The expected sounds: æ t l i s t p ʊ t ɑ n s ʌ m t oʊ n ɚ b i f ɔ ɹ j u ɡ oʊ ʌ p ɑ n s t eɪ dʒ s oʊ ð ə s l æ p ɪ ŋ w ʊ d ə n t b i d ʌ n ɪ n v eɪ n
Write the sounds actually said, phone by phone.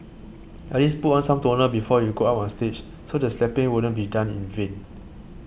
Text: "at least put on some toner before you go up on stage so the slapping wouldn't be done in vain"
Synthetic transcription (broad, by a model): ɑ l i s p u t ɑ n s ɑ m t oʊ n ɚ b i f ɔ j u ɡ oʊ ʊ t ɑ n s t eɪ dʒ s oʊ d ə s l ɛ p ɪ ŋ w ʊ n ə t b i d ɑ n ɪ n v eɪ n